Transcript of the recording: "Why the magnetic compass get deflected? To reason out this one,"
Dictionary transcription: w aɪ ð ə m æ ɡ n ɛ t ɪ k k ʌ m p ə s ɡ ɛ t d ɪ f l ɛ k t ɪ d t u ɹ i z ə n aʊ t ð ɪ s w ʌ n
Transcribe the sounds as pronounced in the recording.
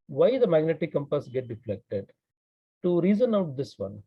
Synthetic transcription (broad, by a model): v aɪ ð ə m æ ɡ n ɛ t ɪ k k ʌ m p ə s ɡ ɛ t d ɪ f l ɛ k t ɪ d t u ɹ i z ə n aʊ t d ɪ s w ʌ n